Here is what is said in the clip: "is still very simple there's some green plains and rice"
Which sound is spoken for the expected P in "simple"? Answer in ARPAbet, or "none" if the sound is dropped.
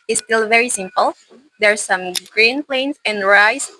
P